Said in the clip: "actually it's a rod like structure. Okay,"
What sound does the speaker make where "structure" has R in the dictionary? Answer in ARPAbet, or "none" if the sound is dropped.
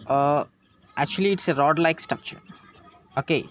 none